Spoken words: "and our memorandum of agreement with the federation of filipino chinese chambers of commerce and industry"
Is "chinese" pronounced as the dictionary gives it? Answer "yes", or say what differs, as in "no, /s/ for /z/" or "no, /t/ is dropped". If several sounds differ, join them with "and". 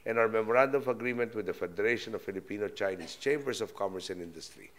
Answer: no, /s/ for /z/